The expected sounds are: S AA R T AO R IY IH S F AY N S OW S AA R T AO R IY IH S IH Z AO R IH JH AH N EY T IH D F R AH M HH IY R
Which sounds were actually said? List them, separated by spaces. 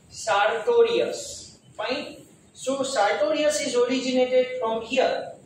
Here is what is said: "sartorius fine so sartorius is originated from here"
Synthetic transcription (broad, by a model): S AA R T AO R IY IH S P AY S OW S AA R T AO R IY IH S IH Z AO R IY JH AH N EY T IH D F R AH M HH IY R